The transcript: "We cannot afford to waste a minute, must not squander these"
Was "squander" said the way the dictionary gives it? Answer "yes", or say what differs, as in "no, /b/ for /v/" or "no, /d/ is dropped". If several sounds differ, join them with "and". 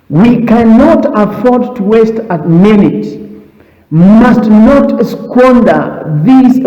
yes